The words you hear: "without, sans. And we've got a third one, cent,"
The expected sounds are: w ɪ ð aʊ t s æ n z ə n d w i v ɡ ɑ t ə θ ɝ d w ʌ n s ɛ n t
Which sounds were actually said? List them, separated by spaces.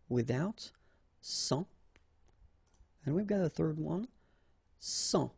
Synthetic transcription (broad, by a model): w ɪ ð aʊ t s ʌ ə n w i v ɡ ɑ t ə θ ɝ d w ʌ n s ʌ